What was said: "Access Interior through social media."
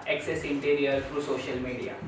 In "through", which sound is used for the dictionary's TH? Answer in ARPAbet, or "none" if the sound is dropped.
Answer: F